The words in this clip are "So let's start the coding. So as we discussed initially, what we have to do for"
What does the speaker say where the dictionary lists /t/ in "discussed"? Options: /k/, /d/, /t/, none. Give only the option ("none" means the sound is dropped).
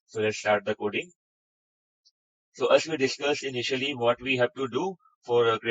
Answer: none